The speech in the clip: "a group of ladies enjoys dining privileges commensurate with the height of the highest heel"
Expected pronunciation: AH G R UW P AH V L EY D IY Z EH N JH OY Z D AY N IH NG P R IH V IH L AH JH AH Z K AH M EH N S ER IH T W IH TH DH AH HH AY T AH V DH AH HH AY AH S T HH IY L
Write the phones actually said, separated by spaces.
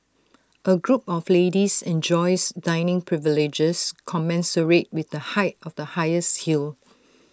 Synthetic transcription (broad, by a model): AH G R UW P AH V L EY D IY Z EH N JH OY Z D AY N IH NG P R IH V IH L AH JH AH S K AH M EH N S ER IH T W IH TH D AH HH AY T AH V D AH HH AY AH S T HH IY L